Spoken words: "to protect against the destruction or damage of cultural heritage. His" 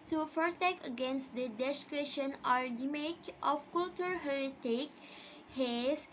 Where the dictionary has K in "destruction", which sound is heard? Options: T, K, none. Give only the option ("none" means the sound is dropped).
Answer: none